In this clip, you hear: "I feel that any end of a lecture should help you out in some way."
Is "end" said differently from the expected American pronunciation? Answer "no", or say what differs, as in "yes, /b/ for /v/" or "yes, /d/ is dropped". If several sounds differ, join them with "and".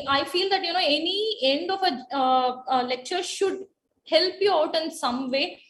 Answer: no